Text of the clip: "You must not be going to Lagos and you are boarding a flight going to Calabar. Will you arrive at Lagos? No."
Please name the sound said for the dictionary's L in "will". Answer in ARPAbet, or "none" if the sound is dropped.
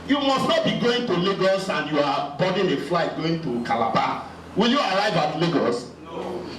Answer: L